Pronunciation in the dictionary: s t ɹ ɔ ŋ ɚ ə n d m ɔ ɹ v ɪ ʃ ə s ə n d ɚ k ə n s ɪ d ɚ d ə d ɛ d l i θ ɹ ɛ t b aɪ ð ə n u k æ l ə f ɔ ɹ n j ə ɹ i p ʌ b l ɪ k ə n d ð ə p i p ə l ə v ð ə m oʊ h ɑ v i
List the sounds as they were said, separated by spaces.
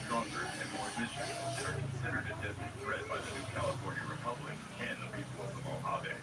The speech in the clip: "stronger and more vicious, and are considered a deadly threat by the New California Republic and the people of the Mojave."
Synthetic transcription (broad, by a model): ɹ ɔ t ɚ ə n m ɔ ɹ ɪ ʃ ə ə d ɚ k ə n s ɪ d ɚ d ə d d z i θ ɹ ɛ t b aɪ ð ə n u k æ l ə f ɔ ɹ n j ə ɹ i p ʌ b l ɪ k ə n ð ə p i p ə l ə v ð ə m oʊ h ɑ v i